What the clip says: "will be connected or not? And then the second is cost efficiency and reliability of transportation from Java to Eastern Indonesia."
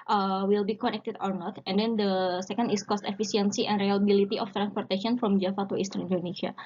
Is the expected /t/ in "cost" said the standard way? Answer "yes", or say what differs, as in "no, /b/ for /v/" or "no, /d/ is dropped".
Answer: yes